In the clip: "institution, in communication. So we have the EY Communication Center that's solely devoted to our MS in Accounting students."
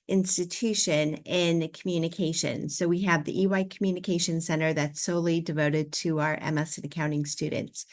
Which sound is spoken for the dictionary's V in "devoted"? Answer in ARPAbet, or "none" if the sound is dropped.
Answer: V